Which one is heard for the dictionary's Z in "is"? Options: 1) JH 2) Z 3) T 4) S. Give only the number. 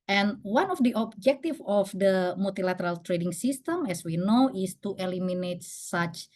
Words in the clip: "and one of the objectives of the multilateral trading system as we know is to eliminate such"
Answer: 4